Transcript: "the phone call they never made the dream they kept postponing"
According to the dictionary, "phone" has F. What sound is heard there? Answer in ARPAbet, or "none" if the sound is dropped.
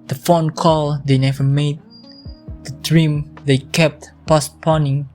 F